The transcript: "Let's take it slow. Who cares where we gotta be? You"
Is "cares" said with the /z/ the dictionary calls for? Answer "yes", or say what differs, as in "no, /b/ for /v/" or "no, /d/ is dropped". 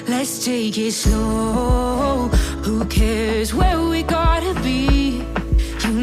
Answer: yes